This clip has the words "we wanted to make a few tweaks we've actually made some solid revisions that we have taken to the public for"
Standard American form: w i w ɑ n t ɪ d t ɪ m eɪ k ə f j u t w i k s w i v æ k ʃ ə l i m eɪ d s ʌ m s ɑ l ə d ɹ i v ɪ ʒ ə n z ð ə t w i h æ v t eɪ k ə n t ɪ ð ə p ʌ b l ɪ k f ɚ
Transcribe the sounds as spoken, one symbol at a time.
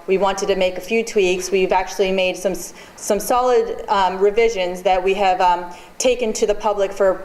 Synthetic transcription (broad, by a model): w i w ɑ n t ɪ d t ɪ m eɪ k ə f j u t w i k s w i v æ k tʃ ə l i m eɪ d s ʌ m s ɑ l ə d ɹ i v ɪ ʒ ə n z ð ə t w i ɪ v t eɪ k ə n t ɪ ð ə p ʌ b l ɪ k f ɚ